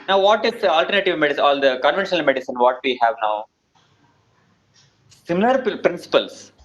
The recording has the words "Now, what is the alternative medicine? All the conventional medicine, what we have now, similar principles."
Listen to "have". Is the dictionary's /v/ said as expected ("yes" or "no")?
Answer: yes